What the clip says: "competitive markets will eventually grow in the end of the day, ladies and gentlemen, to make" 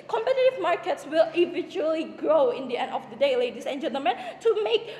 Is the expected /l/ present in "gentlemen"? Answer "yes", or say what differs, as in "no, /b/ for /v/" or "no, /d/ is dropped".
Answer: no, /l/ is dropped